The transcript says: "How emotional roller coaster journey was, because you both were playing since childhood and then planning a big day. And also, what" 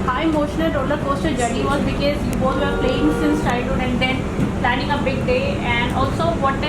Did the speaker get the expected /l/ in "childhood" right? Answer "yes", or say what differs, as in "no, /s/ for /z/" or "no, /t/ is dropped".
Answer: no, /l/ is dropped